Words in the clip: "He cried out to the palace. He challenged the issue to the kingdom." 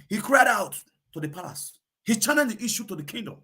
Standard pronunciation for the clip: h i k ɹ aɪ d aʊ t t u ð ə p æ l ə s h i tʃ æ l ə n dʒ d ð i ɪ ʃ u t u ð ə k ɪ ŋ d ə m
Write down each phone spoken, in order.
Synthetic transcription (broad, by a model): h i k ɹ aɪ d aʊ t t u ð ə p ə s h i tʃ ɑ n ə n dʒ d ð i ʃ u t u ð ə k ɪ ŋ d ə m